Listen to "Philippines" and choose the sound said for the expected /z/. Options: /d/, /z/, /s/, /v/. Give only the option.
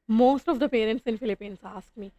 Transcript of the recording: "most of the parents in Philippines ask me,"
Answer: /s/